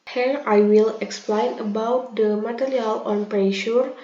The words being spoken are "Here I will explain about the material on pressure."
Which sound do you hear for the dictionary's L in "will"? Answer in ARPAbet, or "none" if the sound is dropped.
L